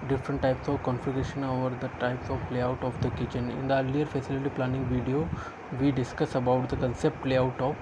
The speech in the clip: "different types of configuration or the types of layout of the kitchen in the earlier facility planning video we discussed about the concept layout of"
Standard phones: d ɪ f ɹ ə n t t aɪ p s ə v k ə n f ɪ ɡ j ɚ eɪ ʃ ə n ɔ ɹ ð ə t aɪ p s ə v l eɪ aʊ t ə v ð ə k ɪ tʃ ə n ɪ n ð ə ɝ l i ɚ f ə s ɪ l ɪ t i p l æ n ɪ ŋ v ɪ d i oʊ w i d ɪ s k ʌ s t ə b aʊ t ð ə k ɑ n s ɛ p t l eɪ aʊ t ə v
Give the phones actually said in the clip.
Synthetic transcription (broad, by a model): d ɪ f ɹ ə n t t aɪ p s ə v k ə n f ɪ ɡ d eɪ ʃ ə n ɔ ɹ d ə t aɪ p s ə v l eɪ aʊ t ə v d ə k ɪ tʃ ə n ɪ n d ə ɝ l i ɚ f ə s ɪ l ɪ t i p l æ n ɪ ŋ v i d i oʊ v i d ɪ s k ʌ s ə b aʊ t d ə k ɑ n s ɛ p t l eɪ aʊ t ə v